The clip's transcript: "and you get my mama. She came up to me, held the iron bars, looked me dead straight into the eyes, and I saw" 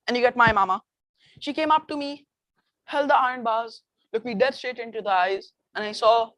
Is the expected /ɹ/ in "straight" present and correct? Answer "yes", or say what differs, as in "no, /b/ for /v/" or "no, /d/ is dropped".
no, /ɹ/ is dropped